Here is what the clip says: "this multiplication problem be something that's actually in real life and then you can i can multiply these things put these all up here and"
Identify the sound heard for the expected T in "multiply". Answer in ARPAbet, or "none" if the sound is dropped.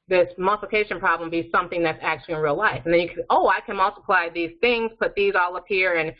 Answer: T